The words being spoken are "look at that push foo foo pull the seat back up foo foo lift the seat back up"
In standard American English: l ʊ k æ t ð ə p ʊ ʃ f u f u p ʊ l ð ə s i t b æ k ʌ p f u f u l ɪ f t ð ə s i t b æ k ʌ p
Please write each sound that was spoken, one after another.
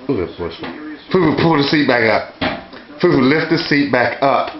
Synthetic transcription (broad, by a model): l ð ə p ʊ s f u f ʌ p ʊ l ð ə s i t b æ k ʌ p f u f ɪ l ɪ f t ð ə s i t b æ k ʌ p